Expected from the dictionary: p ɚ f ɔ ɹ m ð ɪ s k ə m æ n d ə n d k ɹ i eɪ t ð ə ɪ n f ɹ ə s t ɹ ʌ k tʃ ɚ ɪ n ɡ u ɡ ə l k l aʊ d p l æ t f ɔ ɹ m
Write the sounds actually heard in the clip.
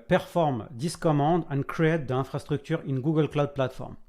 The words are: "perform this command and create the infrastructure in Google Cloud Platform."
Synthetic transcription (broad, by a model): p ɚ f ɔ ɹ m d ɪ s k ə m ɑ d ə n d k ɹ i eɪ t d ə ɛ f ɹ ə s t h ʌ k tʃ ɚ ɪ n ɡ u ɡ ə l k l aʊ d p l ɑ t f ɔ ɹ m